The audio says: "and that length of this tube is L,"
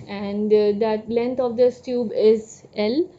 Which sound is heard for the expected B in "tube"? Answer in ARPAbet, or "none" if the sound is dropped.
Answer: B